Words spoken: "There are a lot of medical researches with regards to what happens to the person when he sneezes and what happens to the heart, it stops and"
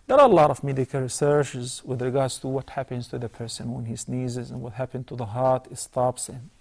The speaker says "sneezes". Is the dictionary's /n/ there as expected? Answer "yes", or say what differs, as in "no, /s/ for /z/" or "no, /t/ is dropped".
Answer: yes